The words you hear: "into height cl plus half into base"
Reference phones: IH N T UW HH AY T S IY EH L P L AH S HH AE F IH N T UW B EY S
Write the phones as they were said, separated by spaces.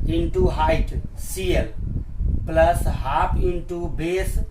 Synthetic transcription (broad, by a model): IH N T UW HH AY T S IY EH L P L AH S HH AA P IH N T UW B EY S